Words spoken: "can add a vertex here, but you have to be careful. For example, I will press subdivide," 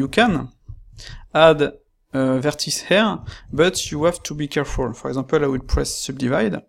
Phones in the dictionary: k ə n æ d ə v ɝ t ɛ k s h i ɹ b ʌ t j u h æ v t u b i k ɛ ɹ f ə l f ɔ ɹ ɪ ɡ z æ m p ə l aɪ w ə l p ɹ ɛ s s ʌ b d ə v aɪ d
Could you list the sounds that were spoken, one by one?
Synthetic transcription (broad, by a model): k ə n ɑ d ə v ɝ t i s h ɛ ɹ b ʌ t j u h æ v t u b i k ɛ ɹ f ə l f ɔ ɹ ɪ ɡ z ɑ p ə l aɪ w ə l p ɹ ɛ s s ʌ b d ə v aɪ d